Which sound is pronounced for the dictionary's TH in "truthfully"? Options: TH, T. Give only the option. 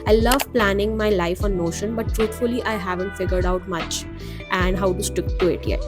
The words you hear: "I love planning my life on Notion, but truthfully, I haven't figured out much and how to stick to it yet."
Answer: T